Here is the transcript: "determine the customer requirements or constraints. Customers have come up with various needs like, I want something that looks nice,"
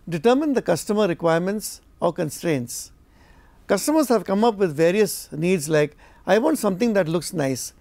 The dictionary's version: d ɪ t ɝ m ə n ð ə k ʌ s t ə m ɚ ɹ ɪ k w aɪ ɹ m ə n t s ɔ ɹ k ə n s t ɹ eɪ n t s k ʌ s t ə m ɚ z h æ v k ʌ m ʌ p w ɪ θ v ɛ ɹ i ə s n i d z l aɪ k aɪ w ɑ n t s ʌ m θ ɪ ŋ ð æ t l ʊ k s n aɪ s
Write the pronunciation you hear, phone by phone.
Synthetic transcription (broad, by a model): d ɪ t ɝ m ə n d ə k ʌ s t ə m ɚ ɹ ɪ k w aɪ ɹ m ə n t s ɔ ɹ k ə n s t ɹ eɪ n t s k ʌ s t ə m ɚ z h æ v k ʌ m ʌ p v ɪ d v ɛ ɹ i ə s n i d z l aɪ k aɪ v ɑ n t s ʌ m t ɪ ŋ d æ t l ʊ k s n aɪ s